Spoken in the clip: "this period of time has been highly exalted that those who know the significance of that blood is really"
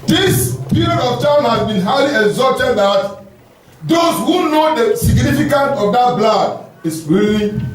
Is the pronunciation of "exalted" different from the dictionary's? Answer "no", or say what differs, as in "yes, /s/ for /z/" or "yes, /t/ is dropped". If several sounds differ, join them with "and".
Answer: yes, /l/ is dropped